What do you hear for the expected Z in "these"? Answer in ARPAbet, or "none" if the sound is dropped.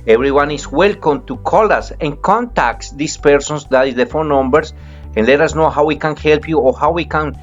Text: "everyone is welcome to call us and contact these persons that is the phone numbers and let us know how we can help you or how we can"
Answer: S